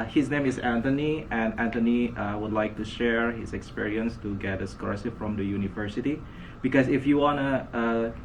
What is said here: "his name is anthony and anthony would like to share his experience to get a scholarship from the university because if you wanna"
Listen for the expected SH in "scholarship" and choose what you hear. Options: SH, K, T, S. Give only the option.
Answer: S